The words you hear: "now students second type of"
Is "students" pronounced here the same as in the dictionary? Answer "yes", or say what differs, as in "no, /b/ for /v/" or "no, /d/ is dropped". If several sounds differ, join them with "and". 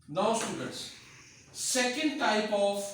no, /n/ is dropped